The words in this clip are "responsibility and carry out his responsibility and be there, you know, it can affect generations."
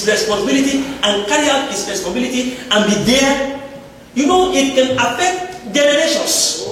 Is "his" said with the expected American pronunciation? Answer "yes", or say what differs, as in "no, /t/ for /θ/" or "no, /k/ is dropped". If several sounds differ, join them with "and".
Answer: no, /s/ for /z/